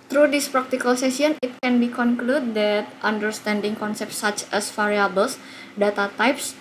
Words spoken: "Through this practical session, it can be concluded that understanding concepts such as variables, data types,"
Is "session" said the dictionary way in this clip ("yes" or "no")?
no